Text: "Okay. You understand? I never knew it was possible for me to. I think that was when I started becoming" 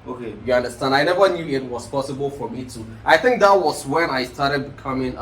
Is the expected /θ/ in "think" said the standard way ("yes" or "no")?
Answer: yes